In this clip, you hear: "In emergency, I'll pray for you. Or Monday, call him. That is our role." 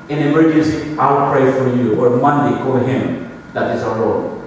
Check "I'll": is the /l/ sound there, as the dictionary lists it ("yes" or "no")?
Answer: no